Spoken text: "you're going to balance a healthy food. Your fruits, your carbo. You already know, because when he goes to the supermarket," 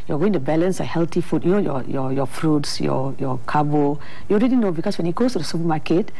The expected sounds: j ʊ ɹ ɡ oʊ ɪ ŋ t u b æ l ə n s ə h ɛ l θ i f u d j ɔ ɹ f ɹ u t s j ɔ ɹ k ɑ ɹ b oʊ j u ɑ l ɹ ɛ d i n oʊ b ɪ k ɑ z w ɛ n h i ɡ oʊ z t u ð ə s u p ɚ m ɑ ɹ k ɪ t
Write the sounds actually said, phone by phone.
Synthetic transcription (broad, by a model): j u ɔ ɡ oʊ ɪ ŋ t u b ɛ l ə n s ə h ɛ l t i f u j j ɔ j f ɹ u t s j ɔ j k ɑ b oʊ j u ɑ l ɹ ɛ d i n oʊ b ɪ k ɑ s w ɛ n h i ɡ oʊ s t u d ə s u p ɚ m ɑ k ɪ t